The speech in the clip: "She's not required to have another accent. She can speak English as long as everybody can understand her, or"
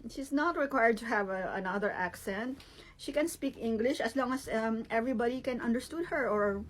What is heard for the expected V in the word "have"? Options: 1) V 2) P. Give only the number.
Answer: 1